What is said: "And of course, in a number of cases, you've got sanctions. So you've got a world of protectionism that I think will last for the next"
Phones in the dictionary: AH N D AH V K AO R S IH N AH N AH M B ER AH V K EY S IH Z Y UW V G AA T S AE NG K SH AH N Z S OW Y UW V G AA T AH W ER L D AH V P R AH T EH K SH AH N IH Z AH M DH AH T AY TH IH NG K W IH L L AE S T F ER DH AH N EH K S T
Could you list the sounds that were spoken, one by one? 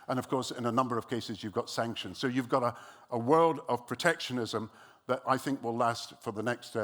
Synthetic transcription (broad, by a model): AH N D AH V K AO R S IH N AH N AH M B ER AH V K EY S IH Z Y UW V G AA T S AE NG K SH AH N Z S OW Y UW V G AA T AH W ER L D AH V P R AH T EH K SH AH N IH Z AH M DH AH T AY TH IH NG K W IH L L AE S T F ER DH AH N EH K S T